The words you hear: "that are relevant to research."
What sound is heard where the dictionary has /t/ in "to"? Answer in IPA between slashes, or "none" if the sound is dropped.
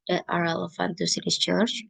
/s/